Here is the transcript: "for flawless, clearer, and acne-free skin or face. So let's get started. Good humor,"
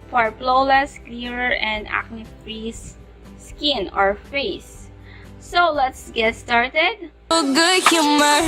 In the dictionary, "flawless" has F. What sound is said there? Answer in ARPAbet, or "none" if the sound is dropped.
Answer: P